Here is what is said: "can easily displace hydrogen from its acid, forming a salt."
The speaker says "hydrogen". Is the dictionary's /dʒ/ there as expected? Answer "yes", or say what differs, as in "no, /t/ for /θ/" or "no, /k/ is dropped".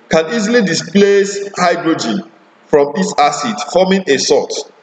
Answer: yes